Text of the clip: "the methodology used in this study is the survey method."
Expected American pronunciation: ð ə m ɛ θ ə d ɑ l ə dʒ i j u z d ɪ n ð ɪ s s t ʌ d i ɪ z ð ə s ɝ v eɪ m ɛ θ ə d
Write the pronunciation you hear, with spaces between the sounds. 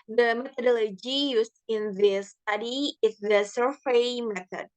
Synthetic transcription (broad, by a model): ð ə m ɛ θ ə d ɑ l ə dʒ i j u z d ɪ n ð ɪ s s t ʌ d i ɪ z ð ə s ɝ f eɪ m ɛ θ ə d